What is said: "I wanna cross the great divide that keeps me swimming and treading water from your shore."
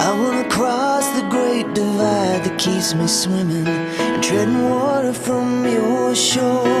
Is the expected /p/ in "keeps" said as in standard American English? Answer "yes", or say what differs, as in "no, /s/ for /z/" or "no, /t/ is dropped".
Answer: no, /p/ is dropped